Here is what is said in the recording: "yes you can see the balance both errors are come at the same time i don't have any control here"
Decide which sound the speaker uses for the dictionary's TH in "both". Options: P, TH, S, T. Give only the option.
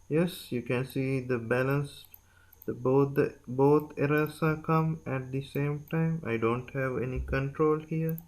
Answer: T